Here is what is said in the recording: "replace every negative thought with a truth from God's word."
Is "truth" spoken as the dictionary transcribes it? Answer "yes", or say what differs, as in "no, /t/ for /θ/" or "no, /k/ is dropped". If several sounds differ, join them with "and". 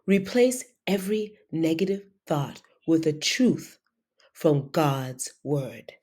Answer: yes